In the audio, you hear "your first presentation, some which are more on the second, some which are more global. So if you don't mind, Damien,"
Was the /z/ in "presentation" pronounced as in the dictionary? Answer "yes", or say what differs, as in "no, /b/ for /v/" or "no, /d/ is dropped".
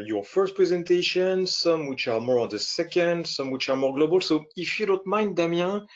yes